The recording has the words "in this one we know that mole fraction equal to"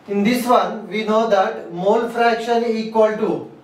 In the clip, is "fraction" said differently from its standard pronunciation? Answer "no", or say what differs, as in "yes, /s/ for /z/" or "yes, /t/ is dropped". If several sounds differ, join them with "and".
no